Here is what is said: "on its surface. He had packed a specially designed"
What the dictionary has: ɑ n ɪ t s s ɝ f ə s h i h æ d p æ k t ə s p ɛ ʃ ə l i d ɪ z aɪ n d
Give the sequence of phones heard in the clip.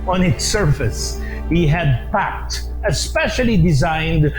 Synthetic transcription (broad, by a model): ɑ n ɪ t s s ɝ f ə s h i h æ d p æ k t ə s p ɛ ʃ ə l i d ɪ z aɪ n d